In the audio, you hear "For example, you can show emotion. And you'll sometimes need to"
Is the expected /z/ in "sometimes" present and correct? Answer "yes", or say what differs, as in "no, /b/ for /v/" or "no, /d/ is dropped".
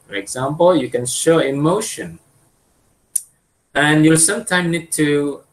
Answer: no, /z/ is dropped